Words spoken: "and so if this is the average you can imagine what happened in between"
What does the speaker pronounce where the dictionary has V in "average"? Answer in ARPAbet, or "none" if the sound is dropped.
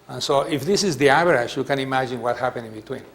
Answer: B